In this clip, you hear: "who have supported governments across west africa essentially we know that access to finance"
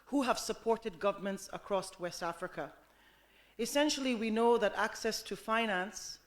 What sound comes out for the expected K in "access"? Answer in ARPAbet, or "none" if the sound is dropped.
K